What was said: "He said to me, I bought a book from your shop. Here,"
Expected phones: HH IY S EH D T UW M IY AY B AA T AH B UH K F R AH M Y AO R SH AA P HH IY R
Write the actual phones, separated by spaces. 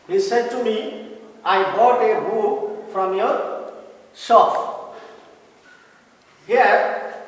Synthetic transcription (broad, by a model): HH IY S EH D T UW M IY AY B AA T AH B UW F R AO M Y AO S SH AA F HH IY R